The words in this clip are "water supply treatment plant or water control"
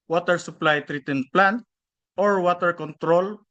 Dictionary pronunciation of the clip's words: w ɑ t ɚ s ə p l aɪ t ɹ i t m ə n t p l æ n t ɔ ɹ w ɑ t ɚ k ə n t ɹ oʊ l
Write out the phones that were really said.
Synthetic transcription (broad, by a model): w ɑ t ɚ s ə p l aɪ t ɹ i t ə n p l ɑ n t ɔ ɹ w ɑ t ɚ k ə n t ɹ oʊ l